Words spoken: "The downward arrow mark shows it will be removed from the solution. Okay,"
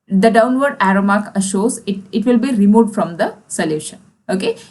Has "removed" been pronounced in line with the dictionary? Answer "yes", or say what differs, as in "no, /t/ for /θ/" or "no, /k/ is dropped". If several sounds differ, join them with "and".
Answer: no, /v/ is dropped